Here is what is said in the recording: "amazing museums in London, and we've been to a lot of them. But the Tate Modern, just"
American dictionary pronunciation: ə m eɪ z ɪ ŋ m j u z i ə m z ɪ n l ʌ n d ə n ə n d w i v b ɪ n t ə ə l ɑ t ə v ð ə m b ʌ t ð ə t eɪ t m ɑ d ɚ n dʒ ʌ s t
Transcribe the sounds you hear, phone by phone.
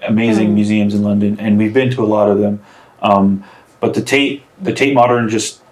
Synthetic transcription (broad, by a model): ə m eɪ z ɪ ŋ m j u z i ə m z ɪ n l ʌ n d ə n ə n w i v b ɪ n t ə ə l ɑ t ə v ð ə m b ʌ t ð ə t eɪ t m ɑ d ɚ n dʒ ʌ s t